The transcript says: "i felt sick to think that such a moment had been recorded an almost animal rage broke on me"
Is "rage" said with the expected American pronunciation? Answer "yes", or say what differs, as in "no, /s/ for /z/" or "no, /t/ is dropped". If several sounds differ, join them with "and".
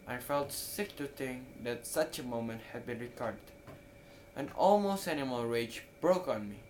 yes